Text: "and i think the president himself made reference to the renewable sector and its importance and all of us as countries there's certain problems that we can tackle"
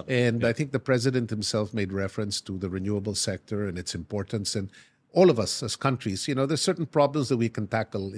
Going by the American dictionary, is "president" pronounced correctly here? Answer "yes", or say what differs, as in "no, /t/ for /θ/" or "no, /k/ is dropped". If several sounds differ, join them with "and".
yes